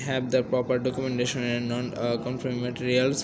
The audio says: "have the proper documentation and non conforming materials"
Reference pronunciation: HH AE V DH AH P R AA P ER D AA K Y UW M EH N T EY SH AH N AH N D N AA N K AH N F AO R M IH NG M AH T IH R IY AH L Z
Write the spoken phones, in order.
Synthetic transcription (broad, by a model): HH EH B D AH P R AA P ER D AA K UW M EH N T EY SH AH N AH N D N AA N K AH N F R IH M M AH T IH R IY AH L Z